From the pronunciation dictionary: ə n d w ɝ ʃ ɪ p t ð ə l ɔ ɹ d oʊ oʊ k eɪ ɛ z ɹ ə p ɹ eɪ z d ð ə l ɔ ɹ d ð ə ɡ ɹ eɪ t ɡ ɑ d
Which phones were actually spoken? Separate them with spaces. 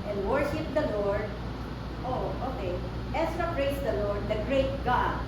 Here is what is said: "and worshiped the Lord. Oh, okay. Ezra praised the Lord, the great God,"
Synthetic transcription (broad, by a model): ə n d w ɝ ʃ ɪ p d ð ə l ɔ ɹ d oʊ oʊ k eɪ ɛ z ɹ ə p ɹ eɪ s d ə l ɔ ɹ d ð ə ɡ ɹ eɪ t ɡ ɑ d